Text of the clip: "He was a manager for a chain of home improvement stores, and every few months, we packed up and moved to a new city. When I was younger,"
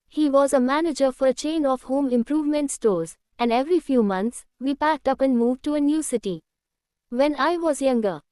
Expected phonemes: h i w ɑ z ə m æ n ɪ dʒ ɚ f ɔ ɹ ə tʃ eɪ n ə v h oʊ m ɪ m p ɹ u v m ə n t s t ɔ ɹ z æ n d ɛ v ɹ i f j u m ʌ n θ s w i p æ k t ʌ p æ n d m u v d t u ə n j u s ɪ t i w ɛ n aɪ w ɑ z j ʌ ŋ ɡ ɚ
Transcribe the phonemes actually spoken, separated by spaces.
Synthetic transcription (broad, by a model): h i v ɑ z ə m æ n ɪ dʒ ɚ f ɔ ɹ ə tʃ eɪ n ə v h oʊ m ɪ m p ɹ u v m ə n t s t ɔ ɹ z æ n d ɛ v ɹ i f j u m ʌ n s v i p æ k t ʌ p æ n d m u v d t u ə n j u s ɪ t i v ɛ n aɪ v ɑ z j ʌ ŋ ɡ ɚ